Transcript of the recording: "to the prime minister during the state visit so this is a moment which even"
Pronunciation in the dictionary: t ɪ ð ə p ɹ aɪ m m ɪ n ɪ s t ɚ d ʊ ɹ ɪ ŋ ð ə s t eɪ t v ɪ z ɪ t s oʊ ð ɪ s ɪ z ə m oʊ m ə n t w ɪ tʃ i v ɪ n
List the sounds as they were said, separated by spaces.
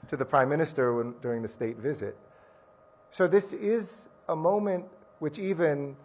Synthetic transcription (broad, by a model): t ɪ ð ə p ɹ aɪ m m ɪ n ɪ s t ɚ d ʊ ɹ ɪ ŋ ð ə s t eɪ t v ɪ z ɪ t s oʊ ð ɪ s ɪ z ə m oʊ m ə n t w ɪ tʃ i v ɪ n